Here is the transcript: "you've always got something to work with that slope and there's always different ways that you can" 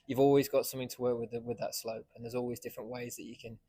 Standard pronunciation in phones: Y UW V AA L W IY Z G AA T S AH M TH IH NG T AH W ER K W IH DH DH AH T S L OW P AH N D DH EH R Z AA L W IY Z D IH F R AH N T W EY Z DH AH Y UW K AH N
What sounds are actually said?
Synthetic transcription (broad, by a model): Y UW V AA L W IY Z G AA T S AH M TH IH NG T AH W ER K W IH DH DH AH T S L OW P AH N DH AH Z AA L W IY Z D IH F R AH N T W EY Z DH AH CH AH K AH N